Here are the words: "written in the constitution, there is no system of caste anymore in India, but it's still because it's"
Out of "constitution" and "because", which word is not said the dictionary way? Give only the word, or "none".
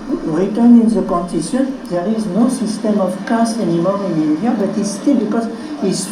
constitution